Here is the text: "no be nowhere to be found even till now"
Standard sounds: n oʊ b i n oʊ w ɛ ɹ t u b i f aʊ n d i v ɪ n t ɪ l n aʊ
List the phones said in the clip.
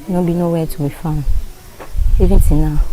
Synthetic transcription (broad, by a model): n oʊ b i n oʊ w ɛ t u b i f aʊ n i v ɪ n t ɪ n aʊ